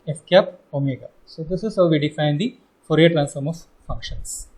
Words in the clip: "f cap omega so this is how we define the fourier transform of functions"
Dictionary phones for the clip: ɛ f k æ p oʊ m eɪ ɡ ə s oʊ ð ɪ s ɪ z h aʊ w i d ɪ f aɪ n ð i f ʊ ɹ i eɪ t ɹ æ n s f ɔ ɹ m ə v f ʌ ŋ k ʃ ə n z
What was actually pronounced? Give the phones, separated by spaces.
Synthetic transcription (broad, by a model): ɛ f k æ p oʊ m eɪ ɡ ə s oʊ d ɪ s ɪ z h aʊ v i d ɪ f aɪ n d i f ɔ ɹ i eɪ t ɹ æ n s f ɔ ɹ m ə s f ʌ ŋ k ʃ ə n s